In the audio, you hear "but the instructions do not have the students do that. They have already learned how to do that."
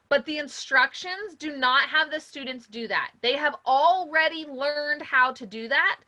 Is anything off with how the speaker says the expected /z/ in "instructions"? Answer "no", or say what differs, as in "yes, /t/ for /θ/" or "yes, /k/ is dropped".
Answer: no